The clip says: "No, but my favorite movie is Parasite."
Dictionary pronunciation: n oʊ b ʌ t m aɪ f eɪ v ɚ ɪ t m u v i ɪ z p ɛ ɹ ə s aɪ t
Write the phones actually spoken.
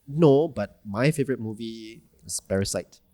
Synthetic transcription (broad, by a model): n oʊ b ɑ t m aɪ f eɪ v ɚ ɪ t m u v i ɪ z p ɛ ɹ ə s aɪ t